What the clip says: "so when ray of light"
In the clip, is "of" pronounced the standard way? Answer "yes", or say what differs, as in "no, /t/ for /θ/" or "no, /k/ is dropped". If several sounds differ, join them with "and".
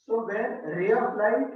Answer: no, /b/ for /v/